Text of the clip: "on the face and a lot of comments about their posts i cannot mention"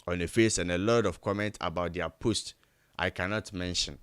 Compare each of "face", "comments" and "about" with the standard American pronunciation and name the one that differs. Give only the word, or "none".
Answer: comments